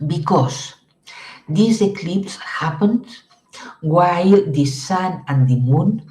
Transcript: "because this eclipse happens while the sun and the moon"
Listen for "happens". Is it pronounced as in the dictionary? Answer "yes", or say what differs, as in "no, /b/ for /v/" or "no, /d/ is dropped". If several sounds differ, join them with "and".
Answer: no, /z/ is dropped